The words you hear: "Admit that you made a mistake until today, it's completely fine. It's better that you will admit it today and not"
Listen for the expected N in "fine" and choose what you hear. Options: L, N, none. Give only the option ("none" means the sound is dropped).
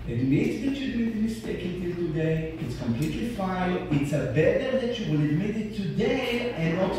none